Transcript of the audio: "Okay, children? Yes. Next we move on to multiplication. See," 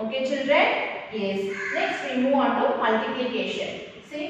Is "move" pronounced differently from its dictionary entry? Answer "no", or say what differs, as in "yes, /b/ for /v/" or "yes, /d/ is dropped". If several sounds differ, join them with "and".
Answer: yes, /v/ is dropped